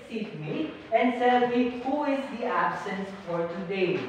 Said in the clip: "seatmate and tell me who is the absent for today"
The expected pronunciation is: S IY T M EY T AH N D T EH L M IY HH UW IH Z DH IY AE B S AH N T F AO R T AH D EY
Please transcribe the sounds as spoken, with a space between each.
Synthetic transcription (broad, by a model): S IY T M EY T AH N D S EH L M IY HH UW IH Z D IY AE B S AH N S F AO R T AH D EY